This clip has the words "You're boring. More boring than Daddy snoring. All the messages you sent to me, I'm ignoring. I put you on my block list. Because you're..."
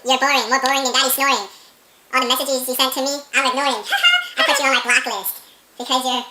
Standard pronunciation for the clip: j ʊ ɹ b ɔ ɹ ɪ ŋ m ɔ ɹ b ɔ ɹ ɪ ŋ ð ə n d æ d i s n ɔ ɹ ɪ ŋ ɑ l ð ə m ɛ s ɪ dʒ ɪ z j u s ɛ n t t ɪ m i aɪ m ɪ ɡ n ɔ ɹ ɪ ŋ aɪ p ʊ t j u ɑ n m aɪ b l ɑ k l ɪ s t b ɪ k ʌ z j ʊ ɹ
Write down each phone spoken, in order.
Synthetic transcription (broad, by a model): j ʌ ɹ b ɔ ɹ ɪ ŋ m ɔ ɹ b ɔ ɹ ɪ ŋ ð ə n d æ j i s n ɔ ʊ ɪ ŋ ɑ n ð ə m ɛ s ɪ dʒ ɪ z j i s ɛ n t t ɪ m i aɪ m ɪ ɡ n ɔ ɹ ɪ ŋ aɪ p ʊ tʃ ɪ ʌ n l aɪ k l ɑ k l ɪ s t b ɪ k ʌ z j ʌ ɹ